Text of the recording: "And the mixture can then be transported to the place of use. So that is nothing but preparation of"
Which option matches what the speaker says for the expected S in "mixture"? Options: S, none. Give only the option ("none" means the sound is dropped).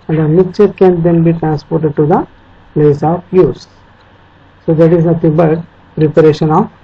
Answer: none